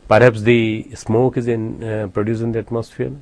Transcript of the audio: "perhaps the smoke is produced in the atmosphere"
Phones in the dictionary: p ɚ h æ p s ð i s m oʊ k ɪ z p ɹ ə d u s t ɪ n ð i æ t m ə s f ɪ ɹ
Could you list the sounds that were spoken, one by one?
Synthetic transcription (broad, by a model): p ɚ h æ p s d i s m oʊ k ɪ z p ɹ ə d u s ɪ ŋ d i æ t m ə s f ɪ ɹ